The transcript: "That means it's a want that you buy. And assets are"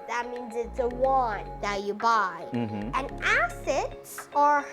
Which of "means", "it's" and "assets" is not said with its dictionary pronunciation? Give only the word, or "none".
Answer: none